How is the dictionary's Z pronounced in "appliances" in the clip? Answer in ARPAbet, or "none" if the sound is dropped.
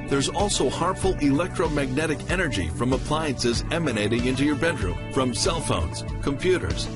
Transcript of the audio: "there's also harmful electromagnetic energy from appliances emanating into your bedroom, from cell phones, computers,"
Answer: Z